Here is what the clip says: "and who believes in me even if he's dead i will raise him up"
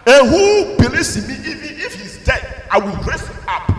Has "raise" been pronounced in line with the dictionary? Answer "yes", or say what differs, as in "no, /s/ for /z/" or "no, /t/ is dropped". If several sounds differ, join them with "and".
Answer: no, /s/ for /z/